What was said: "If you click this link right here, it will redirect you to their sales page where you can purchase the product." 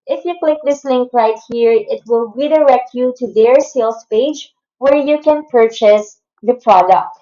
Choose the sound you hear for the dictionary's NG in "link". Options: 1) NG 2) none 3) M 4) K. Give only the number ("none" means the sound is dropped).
1